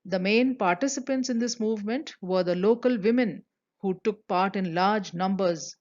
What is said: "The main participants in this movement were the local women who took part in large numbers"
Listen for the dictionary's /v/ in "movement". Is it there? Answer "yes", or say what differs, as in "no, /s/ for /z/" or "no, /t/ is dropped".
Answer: yes